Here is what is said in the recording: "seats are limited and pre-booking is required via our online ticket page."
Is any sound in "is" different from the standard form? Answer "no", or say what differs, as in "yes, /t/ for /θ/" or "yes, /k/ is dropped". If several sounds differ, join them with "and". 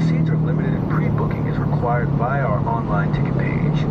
no